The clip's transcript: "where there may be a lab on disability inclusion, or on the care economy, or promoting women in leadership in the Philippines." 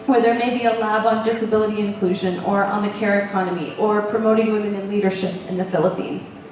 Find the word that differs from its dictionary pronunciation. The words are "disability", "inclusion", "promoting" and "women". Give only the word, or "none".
none